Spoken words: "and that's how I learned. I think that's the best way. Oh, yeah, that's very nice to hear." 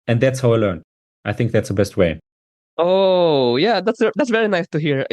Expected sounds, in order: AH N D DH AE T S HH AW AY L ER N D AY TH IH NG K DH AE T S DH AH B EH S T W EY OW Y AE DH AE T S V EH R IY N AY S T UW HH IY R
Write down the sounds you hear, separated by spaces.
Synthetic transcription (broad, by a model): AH N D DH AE T S HH AW AY L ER N AY TH IH NG K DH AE T S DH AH B EH S T W EY OW Y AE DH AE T S V EH R IY N AY S T UW HH IY R